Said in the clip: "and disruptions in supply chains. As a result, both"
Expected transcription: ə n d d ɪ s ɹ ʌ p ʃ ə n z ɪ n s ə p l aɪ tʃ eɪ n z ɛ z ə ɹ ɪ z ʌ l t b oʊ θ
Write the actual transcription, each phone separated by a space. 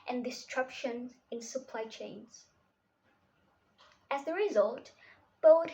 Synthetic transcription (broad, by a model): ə n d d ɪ s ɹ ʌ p ʃ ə n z ɪ n s ə p l aɪ tʃ eɪ n z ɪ z ə ɹ ɪ z ʌ l t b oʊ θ